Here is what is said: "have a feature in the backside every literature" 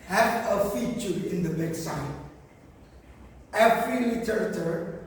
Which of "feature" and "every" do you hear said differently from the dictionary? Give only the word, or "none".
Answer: every